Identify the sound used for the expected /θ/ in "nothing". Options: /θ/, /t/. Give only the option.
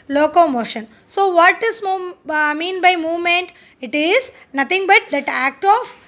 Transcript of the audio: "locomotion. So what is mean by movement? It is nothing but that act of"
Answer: /t/